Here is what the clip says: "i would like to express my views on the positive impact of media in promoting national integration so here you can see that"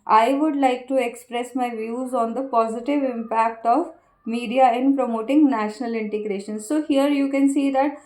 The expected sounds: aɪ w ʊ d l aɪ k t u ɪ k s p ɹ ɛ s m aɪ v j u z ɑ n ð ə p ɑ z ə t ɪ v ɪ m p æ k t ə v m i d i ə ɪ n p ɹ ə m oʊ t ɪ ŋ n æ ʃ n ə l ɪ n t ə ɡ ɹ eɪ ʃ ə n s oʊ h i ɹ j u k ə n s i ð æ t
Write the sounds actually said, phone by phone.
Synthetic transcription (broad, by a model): aɪ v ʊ d l aɪ k t u ɪ k s p ɹ ɛ s m aɪ v j u z ɑ n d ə p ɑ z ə t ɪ v ɪ m p æ k t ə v m i d i ə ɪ n p ɹ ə m oʊ t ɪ ŋ n æ ʃ n ə l ɪ n t ə ɡ ɹ eɪ ʃ ə n s oʊ h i ɹ j u k ə n s i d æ t